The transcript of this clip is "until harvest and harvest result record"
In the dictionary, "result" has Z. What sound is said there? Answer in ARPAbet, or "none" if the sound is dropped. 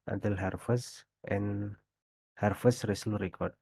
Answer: S